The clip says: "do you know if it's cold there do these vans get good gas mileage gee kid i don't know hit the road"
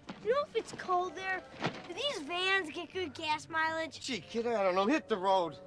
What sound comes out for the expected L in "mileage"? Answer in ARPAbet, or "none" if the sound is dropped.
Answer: L